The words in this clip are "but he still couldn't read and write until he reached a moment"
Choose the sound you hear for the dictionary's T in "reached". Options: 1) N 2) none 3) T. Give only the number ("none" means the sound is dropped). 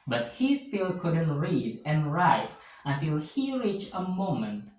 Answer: 2